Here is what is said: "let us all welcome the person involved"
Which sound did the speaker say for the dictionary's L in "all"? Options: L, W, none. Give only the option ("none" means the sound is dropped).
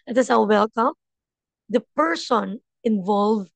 W